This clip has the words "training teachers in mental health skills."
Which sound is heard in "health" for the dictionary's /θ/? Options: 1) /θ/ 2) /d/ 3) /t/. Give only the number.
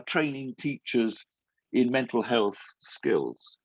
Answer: 1